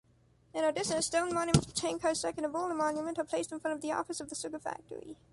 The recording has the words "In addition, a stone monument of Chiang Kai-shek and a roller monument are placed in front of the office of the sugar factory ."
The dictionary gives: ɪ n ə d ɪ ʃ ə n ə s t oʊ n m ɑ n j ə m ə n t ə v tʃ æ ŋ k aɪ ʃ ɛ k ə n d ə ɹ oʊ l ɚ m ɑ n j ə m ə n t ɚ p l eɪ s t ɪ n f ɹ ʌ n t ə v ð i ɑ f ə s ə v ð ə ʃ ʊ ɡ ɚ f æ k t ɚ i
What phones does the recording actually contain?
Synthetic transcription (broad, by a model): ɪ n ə d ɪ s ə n s t oʊ n m ɑ n j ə m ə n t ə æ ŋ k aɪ s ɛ k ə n ə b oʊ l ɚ m ɑ n j ə m ə n t ɚ p l eɪ s t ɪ n f ɹ ʌ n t ə v ð i ɑ f ə s ə v ð ə s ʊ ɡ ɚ f æ k t ɚ i